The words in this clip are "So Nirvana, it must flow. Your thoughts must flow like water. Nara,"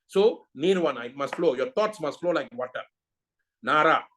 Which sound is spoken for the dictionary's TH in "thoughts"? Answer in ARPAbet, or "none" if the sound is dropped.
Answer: T